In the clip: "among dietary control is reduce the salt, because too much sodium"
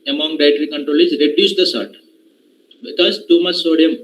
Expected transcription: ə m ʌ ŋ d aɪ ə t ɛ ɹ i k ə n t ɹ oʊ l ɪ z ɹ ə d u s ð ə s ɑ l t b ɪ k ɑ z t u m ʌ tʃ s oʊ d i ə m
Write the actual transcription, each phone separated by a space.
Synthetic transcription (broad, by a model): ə m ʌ ŋ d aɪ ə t ɹ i k ə n t ɹ oʊ l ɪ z ɹ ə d u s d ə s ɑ t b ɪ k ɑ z t u m ʌ tʃ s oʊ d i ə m